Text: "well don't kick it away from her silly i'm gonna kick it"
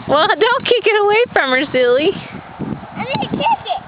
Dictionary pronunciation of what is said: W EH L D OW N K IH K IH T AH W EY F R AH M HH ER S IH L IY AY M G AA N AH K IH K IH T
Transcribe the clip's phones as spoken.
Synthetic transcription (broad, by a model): W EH L D OW N K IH K IH T AH W EY F R AH M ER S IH L IY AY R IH L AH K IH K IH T